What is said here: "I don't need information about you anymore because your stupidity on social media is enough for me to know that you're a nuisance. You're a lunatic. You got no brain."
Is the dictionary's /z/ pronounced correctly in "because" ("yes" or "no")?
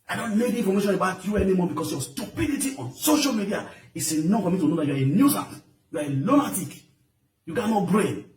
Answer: no